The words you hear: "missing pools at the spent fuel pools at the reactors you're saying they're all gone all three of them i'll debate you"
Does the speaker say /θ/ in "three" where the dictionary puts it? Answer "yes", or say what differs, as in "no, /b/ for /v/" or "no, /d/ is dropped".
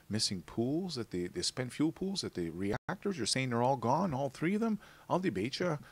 yes